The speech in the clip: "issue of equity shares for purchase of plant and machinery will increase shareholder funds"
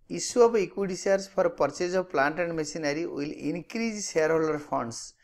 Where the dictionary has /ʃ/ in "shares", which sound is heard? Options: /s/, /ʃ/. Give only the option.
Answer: /s/